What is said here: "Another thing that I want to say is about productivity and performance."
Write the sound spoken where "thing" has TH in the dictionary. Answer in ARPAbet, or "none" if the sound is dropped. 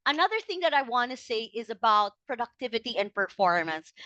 TH